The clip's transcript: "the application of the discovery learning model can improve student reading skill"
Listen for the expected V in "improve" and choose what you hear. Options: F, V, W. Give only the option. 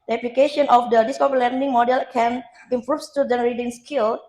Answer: F